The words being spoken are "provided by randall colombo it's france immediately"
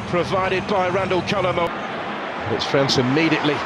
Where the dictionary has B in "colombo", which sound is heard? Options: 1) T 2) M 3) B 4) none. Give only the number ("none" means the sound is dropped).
4